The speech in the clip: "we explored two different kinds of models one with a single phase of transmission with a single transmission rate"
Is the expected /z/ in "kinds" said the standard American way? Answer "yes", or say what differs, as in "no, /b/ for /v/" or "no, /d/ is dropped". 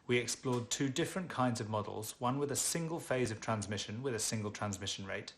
yes